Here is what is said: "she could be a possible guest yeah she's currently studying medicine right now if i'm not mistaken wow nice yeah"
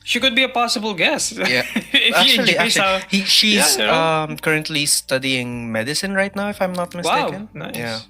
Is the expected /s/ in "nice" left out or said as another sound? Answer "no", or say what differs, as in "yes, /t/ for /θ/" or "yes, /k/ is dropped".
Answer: yes, /s/ is dropped